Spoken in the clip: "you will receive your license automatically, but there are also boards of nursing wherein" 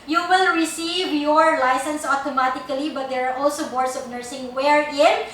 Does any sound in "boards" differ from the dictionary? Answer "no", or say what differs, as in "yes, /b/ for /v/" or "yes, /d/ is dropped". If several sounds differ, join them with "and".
yes, /s/ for /z/